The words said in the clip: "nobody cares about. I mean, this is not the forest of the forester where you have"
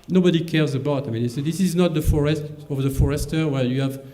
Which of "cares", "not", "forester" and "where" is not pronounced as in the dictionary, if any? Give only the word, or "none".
none